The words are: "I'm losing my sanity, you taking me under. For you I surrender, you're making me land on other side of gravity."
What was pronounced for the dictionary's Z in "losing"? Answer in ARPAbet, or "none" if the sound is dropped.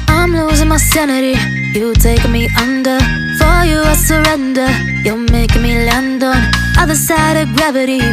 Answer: Z